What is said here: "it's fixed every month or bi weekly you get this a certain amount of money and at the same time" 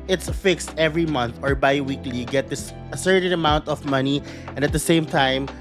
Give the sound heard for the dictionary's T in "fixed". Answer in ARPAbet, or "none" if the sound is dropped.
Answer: T